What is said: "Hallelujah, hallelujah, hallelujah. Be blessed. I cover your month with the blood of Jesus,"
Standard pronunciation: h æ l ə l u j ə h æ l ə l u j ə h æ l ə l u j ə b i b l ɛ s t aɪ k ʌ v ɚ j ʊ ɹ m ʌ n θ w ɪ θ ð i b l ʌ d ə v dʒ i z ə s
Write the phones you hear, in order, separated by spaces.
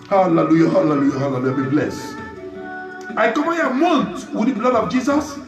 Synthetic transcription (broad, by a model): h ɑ l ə l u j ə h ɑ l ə l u j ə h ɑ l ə l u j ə b i b l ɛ s aɪ k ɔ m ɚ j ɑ m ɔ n t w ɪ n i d l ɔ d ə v dʒ i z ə s